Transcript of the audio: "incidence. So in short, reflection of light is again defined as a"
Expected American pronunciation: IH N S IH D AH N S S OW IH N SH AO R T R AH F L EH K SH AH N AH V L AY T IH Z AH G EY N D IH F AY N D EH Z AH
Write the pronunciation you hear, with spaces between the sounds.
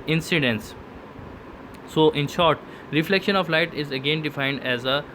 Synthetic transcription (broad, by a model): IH N S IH D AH N S S OW IH N SH AO R T R AH F L EH K SH AH N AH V L AY T IH Z AH G EY N D IH F AY N D EH Z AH